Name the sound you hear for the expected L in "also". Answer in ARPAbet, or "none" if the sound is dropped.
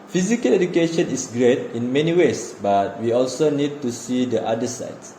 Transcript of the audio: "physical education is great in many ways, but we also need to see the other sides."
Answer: L